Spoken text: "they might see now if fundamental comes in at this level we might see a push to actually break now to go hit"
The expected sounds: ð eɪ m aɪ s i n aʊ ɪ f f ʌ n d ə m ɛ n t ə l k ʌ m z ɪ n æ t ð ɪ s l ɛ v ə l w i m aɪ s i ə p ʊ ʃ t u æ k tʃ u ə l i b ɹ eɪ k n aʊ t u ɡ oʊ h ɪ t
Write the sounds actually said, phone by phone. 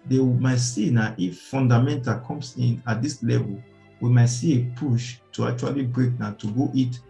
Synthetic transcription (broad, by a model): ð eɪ m aɪ s i n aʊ ɪ f f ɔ n d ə m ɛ n t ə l k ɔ m s ɪ n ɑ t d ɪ s l ɛ v ə l w i m aɪ s i ə p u ʃ t u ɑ k tʃ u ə l i b ɹ eɪ k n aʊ t u ɡ oʊ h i t